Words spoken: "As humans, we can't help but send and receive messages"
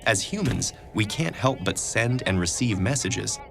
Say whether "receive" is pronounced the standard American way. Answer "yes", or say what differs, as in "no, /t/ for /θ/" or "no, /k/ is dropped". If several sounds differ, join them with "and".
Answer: yes